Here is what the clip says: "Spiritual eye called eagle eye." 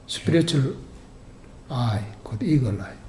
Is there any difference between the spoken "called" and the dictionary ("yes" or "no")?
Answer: yes